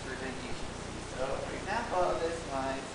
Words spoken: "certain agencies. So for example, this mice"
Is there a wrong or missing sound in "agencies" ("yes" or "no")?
yes